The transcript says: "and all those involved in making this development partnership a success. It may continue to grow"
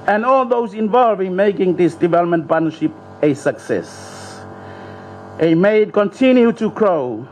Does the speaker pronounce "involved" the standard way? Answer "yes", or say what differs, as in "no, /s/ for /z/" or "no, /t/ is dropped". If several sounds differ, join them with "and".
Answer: no, /d/ is dropped